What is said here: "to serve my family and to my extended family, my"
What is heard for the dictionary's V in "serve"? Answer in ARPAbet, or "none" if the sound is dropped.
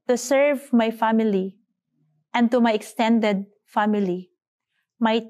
V